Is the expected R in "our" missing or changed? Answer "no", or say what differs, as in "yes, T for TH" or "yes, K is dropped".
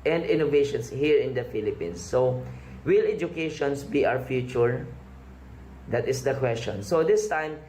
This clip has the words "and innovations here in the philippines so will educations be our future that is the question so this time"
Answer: yes, W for R